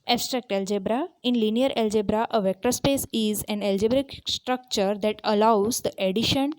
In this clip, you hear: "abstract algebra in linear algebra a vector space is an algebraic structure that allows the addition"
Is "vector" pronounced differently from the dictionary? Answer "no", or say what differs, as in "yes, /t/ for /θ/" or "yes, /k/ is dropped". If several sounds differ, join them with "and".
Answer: no